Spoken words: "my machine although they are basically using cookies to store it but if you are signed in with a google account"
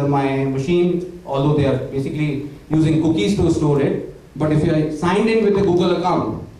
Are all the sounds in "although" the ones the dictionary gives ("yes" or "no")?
no